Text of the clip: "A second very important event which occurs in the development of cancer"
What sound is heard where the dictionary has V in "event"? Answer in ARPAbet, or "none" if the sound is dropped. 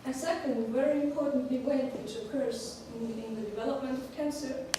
W